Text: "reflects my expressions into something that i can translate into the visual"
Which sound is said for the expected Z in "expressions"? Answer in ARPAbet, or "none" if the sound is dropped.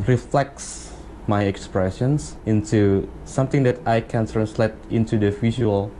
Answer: S